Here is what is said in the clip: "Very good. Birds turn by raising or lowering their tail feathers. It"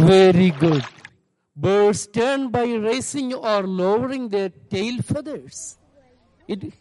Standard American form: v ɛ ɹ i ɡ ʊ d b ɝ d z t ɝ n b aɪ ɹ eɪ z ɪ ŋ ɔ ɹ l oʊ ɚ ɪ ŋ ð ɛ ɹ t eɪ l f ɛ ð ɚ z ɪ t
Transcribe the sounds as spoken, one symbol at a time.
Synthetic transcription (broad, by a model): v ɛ ɹ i ɡ ʊ d b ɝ d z t ɝ n b aɪ ɹ eɪ s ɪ ŋ ɔ ɹ l oʊ ɚ ɪ ŋ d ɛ ɹ t eɪ l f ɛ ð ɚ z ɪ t